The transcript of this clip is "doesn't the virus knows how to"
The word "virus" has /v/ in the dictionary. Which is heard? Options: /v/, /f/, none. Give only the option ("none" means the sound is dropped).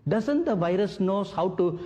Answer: /v/